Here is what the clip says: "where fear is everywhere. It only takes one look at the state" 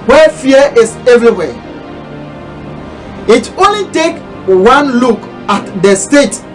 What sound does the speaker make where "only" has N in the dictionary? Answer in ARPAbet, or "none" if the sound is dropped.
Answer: N